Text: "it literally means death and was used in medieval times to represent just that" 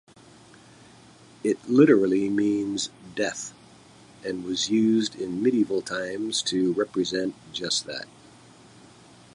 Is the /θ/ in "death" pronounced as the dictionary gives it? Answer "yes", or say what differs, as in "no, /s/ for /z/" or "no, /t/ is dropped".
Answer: yes